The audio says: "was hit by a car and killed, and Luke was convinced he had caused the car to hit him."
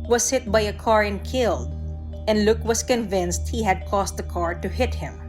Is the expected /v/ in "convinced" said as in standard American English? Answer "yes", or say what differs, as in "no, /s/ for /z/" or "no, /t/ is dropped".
yes